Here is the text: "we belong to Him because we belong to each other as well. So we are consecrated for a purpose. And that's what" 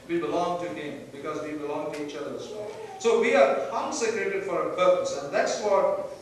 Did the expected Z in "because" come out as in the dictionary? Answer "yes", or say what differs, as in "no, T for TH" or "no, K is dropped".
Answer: yes